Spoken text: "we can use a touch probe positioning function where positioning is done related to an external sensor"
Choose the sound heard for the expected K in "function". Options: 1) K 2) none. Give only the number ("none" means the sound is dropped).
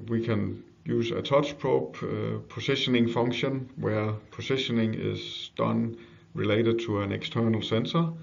1